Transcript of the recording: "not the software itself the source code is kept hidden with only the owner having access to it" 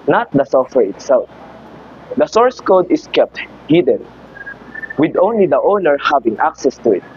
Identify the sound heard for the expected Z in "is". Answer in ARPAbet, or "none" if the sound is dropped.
S